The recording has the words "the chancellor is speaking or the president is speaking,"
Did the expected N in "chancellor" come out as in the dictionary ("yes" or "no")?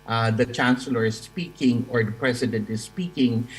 yes